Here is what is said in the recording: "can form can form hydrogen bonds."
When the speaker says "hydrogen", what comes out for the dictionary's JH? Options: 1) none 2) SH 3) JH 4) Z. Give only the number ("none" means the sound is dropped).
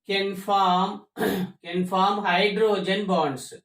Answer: 3